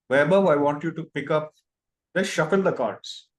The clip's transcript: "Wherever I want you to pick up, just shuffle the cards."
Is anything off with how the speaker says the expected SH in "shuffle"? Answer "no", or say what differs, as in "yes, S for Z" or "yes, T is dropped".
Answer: no